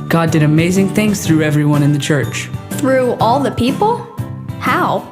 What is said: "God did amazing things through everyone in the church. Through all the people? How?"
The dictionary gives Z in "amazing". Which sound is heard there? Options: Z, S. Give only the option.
Z